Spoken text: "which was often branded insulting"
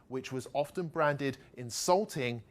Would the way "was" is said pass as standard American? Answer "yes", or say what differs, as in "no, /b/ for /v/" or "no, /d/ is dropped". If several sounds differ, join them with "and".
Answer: yes